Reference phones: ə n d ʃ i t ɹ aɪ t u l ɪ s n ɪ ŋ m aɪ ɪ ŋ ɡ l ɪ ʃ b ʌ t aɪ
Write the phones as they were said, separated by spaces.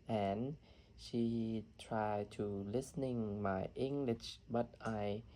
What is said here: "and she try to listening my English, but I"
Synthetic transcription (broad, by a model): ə n ʃ i t ɹ aɪ t u l ɪ s n ɪ ŋ m aɪ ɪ ŋ ɡ l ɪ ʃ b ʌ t aɪ